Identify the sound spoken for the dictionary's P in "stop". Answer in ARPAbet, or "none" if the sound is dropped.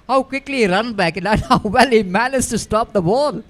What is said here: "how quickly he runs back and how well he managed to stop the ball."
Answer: P